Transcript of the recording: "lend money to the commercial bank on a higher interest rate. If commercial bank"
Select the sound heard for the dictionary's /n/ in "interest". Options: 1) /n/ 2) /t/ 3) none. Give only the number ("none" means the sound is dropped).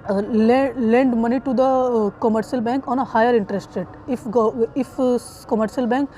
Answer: 1